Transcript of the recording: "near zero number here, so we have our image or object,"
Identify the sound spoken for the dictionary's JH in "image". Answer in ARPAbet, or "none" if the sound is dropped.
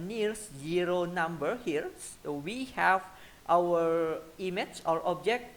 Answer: CH